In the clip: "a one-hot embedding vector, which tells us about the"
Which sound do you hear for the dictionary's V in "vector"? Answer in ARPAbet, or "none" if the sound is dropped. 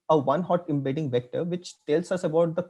V